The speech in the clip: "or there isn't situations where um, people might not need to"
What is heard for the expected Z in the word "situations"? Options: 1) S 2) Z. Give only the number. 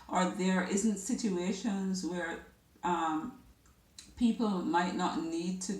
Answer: 2